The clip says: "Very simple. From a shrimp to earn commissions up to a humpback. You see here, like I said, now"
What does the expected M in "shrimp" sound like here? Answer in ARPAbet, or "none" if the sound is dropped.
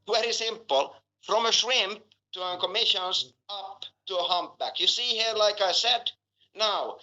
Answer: M